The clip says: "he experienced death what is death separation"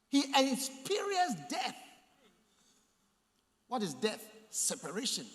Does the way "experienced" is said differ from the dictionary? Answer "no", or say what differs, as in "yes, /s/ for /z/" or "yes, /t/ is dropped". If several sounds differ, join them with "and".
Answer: yes, /k/ is dropped and /n/ is dropped